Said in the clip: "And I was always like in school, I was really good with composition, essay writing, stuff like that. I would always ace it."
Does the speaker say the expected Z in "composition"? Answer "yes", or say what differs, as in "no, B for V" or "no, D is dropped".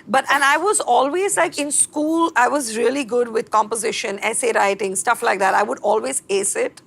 yes